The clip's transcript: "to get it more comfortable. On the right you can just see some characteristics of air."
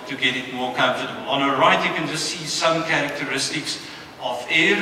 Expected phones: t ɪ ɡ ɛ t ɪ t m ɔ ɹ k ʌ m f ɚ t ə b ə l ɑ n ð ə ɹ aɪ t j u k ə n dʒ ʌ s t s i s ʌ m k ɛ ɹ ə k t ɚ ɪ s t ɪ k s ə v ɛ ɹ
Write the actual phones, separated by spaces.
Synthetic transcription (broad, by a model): t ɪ ɡ ɛ t ɪ t m ɔ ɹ k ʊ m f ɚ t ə b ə l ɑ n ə ɹ aɪ t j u k ə n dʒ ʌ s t s i s ʌ m k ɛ ɹ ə k t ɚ ɪ s t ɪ k s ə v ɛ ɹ